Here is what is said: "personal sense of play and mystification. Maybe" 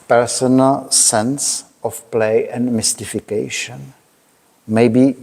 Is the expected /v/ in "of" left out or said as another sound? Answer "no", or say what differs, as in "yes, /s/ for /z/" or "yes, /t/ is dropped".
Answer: yes, /f/ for /v/